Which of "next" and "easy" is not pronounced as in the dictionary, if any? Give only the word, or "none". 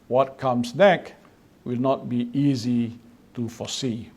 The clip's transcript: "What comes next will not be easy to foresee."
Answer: next